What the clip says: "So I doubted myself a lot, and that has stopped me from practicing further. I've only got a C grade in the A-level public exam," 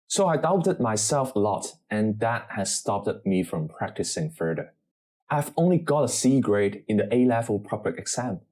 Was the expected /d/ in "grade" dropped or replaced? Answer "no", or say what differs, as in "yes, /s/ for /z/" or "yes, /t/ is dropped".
no